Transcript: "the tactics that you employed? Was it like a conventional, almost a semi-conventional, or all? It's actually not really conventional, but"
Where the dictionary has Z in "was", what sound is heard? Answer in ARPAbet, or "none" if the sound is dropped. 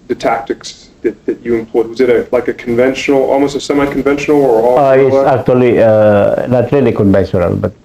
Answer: Z